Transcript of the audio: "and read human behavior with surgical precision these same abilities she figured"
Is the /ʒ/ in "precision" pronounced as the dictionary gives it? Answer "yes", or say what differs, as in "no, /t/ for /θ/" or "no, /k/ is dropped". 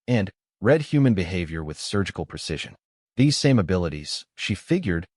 yes